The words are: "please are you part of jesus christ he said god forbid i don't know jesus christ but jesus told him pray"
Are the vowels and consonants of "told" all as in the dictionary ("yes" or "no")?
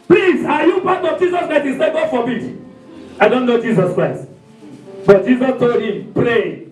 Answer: yes